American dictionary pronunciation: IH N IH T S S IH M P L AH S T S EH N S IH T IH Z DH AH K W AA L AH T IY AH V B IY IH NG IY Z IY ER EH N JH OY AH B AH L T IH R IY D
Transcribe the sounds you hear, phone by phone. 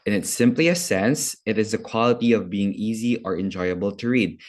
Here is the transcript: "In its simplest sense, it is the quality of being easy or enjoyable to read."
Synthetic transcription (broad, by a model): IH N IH T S S IH M P L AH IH S EH N S IH T IH Z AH K W AA L AH T IY AH V B IY IH NG IY Z IY ER EH N JH OY AH B AH L T IH R IY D